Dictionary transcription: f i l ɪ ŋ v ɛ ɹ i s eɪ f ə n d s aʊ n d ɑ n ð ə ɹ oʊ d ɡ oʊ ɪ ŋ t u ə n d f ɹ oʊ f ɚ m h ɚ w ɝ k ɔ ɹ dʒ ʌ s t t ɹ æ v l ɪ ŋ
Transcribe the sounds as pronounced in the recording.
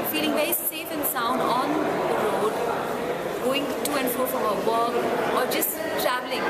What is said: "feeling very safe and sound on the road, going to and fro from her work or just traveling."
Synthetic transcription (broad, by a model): f i l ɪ ŋ v ɛ ɹ i s eɪ f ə n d s aʊ n d ɑ n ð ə ɹ oʊ d ɡ oʊ ɪ ŋ t u ə n d f ɹ oʊ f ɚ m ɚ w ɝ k ɔ ɹ dʒ ʌ s t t ɹ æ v l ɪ ŋ